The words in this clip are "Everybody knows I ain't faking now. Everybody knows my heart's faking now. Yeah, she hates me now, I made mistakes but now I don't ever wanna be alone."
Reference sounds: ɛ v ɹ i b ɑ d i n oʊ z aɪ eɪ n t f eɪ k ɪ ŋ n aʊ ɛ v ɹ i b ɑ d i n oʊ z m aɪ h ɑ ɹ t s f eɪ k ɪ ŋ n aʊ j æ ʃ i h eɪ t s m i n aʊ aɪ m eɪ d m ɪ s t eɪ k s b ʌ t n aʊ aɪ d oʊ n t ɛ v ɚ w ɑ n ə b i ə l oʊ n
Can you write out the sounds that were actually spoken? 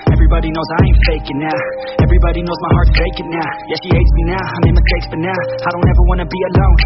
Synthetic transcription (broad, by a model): ɛ v ɹ i b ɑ d i n oʊ z aɪ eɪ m f eɪ k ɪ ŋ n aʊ ɛ v ɹ i b ɑ d i n oʊ z m aɪ h ɑ ɹ t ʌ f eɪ k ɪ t n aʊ j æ ʃ i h eɪ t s m i n aʊ aɪ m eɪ m ɪ s t eɪ k s b ʌ t n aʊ aɪ d oʊ n t ɛ v ɚ w ɑ n ə b i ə l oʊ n